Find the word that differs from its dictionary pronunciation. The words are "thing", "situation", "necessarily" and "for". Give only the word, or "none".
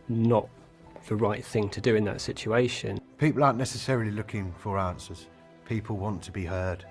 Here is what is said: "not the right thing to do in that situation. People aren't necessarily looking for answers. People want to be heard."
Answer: none